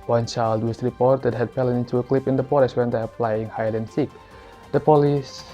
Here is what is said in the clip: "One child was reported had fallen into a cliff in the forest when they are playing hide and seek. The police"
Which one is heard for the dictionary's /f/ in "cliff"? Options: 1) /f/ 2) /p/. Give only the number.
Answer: 2